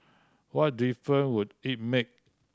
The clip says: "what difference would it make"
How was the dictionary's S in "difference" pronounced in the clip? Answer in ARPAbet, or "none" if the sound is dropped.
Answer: none